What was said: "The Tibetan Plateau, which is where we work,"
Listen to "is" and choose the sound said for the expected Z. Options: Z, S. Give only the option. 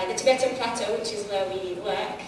Z